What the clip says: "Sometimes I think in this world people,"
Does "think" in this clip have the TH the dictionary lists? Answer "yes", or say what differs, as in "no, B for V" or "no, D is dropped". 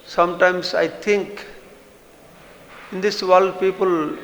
no, T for TH